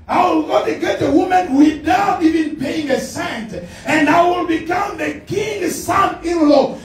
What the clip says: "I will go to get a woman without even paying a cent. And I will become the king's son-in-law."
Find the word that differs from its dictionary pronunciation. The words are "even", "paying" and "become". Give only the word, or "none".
paying